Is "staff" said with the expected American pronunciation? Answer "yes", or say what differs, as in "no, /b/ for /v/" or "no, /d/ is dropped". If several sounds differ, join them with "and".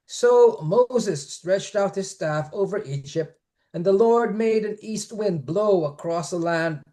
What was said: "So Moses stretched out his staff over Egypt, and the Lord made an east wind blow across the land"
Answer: yes